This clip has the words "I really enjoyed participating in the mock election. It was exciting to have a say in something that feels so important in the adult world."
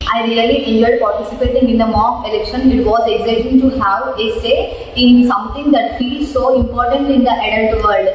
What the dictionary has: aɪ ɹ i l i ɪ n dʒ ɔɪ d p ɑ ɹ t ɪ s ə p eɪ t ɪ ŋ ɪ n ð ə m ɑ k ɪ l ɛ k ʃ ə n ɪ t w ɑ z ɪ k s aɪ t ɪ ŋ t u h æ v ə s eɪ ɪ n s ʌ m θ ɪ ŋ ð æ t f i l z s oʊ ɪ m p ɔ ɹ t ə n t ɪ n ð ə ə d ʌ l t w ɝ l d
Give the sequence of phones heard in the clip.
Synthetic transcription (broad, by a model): aɪ ɹ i l i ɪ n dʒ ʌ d p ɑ ɹ t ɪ s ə p eɪ t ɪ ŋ ɪ n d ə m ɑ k ɪ l ɛ k ʃ ə n ɪ t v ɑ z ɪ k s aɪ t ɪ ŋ t u h æ v ə s eɪ ɪ n s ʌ m t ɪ ŋ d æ t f i l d s oʊ ɪ m p ɔ ɹ t ə n t ɪ n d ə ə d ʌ n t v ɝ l d